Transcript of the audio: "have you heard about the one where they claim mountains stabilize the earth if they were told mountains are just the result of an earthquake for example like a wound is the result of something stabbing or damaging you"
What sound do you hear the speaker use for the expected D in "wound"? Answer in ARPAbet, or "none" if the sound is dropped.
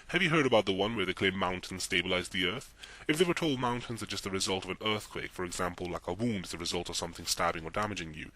D